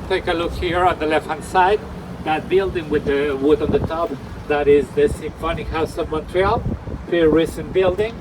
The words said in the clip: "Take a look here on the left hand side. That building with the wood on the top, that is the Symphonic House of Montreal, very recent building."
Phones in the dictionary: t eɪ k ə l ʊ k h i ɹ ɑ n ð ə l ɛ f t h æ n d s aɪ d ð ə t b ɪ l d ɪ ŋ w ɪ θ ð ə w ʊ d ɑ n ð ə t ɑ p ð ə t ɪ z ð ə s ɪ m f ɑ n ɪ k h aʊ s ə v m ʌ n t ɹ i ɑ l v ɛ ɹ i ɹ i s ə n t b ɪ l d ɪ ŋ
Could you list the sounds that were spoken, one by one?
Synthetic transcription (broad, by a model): t eɪ k ə l ʊ k h i ɹ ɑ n ð ə l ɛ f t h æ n s aɪ d ð ə t b ɪ l d ɪ ŋ w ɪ ð ə w ʊ d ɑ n ð ə t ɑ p ð ə t ɪ z ð ə s ɪ m f ɑ n ɪ k h aʊ s ə v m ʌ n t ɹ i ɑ l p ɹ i ɹ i s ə n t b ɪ l d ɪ ŋ